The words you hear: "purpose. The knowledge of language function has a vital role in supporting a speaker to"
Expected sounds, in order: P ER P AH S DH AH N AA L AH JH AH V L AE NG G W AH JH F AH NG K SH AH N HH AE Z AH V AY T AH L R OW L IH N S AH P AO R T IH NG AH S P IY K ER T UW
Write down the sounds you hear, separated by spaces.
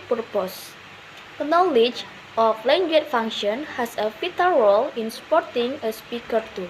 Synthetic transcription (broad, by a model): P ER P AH S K N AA L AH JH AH F L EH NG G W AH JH F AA NG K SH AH N HH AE S AH F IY T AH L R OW L IH N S P AO R T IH NG AH S P IY K ER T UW